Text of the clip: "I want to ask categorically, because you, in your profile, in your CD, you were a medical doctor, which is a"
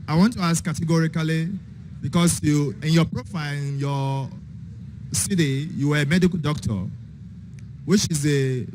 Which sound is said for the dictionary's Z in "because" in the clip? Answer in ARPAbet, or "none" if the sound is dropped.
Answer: S